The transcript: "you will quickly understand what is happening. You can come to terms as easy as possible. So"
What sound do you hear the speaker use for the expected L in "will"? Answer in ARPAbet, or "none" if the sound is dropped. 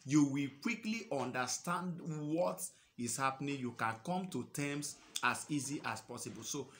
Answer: L